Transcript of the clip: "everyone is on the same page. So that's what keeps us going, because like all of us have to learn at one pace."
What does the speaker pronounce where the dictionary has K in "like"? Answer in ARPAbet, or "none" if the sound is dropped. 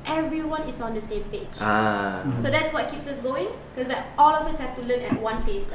none